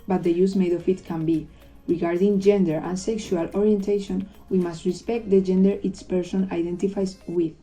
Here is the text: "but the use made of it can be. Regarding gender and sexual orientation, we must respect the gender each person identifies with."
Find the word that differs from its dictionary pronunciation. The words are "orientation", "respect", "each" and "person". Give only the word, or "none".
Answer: each